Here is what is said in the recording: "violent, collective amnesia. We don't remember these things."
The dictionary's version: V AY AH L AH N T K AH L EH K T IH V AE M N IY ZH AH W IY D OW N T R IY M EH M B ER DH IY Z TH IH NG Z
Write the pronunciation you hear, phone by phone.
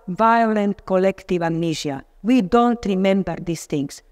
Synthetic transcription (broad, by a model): V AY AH L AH N T K AH L EH K T IH V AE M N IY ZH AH W IY D OW N T R IY M EH M B ER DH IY S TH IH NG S